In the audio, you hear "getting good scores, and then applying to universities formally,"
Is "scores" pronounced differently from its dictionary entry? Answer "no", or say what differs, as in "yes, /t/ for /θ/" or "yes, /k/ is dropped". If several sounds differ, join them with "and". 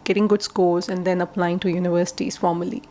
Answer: yes, /l/ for /ɹ/